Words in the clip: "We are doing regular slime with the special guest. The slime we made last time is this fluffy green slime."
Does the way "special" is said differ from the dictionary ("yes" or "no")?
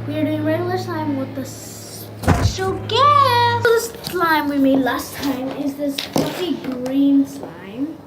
yes